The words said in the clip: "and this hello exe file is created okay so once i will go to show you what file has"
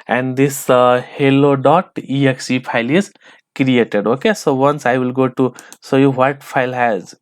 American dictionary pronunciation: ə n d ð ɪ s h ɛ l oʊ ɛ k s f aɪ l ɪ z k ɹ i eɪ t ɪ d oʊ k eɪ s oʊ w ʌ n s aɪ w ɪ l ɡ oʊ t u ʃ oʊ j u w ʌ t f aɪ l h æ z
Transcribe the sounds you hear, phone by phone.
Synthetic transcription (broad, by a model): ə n d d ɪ s h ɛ l oʊ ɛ k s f aɪ l ɪ z k ɹ i eɪ t ɪ d oʊ k eɪ s oʊ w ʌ n s aɪ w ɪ l ɡ oʊ t u s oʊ j u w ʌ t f aɪ l h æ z